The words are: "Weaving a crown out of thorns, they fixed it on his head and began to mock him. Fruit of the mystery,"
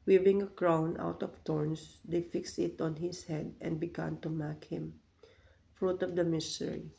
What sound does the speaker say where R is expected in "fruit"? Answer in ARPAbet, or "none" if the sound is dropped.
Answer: R